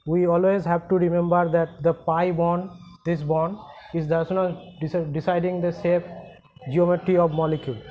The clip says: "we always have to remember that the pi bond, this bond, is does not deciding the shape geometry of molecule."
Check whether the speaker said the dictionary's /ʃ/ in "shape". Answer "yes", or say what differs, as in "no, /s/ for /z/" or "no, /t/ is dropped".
no, /s/ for /ʃ/